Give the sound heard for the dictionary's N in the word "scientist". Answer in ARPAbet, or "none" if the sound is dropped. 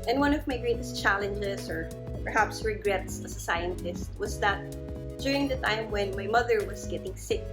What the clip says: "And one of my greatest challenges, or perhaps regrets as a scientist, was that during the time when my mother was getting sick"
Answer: N